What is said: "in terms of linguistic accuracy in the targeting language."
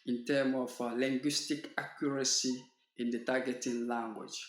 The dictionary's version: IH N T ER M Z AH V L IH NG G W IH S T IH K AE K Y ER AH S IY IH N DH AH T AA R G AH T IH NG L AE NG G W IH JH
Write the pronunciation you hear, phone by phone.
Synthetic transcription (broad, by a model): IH N T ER M AH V L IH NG G W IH S T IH K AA K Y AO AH S IY IH N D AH T AA G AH T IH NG L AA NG G W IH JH